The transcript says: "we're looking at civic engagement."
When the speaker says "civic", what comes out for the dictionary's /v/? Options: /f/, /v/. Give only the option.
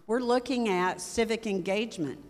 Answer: /v/